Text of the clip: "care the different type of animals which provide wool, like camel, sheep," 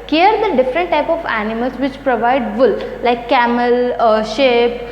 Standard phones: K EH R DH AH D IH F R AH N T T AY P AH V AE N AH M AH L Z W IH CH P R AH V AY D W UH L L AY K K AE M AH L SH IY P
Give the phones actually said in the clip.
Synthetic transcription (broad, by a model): K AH R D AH D IH F R AH N T T AY P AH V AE N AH M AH L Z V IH CH P R AH V AY D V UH L L AY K K AE M AH L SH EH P